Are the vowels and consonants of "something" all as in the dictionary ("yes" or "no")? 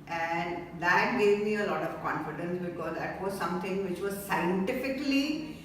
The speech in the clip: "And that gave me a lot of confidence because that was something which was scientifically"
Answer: no